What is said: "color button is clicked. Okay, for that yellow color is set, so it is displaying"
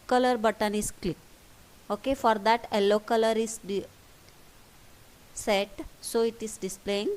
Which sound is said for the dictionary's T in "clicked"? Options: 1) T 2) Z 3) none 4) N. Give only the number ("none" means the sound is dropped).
3